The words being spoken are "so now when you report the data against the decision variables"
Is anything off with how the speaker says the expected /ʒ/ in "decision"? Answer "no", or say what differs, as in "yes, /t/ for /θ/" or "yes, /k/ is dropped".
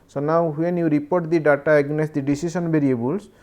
yes, /s/ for /ʒ/